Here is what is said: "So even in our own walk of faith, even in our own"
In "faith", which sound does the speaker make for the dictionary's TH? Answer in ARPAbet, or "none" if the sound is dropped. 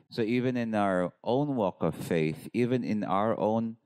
TH